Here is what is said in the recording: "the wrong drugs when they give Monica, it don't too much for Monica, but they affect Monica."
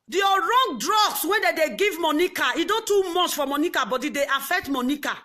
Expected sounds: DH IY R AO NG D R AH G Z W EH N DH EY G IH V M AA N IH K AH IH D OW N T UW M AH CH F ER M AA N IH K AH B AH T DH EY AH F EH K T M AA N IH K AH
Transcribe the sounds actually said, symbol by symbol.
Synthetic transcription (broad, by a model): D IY R AO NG D R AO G S W EH N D EY G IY V M AA N IH K AH IH D OW N T UW M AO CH F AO M AA N IH K AH B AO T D EY AH F EH K T M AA N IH K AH